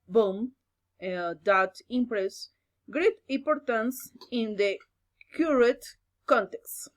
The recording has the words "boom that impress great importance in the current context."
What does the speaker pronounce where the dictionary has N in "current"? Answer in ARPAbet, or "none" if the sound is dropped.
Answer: none